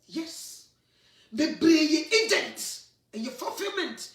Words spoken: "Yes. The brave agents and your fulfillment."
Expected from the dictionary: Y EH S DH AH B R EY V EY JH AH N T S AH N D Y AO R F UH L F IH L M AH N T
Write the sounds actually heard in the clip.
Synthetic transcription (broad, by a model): Y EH S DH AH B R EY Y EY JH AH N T AH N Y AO F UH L F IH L M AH N T